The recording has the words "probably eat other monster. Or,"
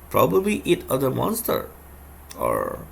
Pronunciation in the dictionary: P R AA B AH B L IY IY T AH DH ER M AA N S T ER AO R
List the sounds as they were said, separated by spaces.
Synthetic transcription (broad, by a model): P R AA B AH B L IY IY T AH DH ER M AA N S T ER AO R